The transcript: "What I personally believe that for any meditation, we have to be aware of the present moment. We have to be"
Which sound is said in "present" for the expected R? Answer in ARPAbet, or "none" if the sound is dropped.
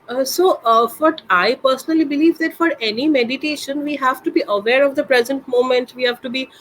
R